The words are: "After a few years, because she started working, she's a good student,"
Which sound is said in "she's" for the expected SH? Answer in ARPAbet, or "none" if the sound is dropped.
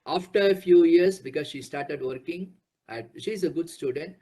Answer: SH